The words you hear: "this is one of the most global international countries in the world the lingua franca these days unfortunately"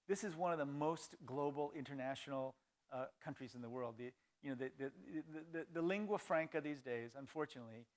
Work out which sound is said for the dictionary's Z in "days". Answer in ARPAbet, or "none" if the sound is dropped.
Z